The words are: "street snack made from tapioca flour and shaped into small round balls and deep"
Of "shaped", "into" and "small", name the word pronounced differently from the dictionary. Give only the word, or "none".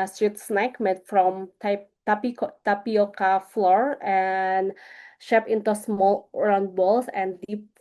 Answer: shaped